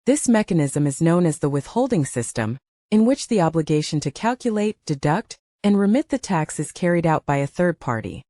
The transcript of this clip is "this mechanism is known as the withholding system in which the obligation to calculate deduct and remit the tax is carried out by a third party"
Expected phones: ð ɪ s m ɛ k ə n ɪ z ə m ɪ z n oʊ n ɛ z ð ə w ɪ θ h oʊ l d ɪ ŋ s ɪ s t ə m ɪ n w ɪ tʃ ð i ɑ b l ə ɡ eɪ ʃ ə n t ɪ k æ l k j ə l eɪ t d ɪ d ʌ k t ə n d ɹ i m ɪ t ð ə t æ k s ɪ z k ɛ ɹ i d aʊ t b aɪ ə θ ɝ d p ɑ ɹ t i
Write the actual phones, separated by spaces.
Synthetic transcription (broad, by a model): ð ɪ s m ɛ k ə n ɪ z ə m ɪ z n oʊ n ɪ z ð ə w ɪ θ h oʊ l d ɪ ŋ s ɪ s t ə m ɪ n w ɪ tʃ ð i ɑ b l ə ɡ eɪ ʃ ə n t ɪ k æ l k j ə l eɪ t d ɪ d ʌ k t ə n ɹ i m ɪ t ð ə t æ k s ɪ z k ɛ ɹ i d aʊ t b aɪ ə θ ɝ d p ɑ ɹ t i